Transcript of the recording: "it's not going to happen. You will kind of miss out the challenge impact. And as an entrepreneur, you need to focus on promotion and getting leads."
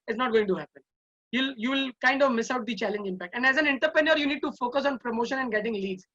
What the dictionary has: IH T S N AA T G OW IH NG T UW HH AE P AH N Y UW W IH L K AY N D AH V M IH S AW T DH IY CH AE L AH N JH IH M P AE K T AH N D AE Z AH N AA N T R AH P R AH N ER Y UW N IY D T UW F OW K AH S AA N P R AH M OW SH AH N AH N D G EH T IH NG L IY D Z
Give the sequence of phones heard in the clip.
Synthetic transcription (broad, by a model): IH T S N AA T G OW IH NG T UW HH AE P AH N Y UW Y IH L K AY N D AH V M IH S AW T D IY CH AE L AH N JH IH M P AE K T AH N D AE Z AH N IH N T AH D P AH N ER Y UW N IY D T UW F OW K AH S AA N P R AH M OW SH AH N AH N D G EH T IH NG L IY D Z